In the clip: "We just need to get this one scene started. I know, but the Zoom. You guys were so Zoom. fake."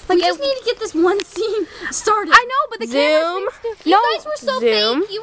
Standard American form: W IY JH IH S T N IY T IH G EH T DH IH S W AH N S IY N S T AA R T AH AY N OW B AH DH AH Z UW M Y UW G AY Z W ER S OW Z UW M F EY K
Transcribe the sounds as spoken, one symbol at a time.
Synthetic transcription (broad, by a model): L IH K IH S N IY T IH G EH T DH IH S W AH N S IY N S T AA R T AH AY N OW B AH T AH Z UW M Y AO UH W ER S OW Z UW M